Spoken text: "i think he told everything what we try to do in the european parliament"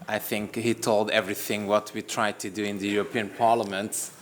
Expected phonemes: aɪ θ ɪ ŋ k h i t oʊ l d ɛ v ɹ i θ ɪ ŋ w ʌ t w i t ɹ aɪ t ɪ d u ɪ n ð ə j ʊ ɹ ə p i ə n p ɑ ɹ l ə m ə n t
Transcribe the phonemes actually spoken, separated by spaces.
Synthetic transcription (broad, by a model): aɪ θ ɪ ŋ k h i t oʊ l d ɛ v ɹ i θ ɪ ŋ w ʌ t w i t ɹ aɪ t ɪ d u ɪ n ð ə j ʊ ɹ ə p i ə n p ɑ ɹ l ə m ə n t